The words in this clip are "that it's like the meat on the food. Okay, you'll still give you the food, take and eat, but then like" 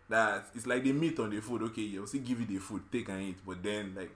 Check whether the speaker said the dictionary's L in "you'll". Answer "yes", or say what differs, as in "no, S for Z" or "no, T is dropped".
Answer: no, W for L